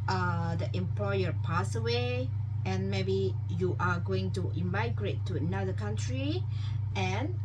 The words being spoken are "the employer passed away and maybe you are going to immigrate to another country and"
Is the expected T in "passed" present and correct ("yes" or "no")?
no